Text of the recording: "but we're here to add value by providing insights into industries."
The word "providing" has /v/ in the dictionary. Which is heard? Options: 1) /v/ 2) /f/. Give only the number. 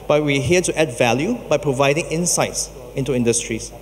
1